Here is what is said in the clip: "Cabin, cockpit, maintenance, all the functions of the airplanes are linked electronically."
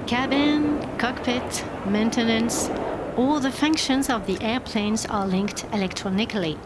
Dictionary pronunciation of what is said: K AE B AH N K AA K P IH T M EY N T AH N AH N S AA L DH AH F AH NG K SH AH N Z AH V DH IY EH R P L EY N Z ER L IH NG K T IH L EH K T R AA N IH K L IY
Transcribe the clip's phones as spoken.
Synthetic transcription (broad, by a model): K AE B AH N K AA K P IH T M EY N T AH N AH N S AA L DH AH F AH NG K SH AH N Z AH V DH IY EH R P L EY N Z ER L IH NG K T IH L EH K T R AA N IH K L IY